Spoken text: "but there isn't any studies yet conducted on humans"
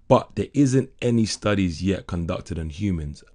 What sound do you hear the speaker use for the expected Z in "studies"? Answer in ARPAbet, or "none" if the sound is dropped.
Z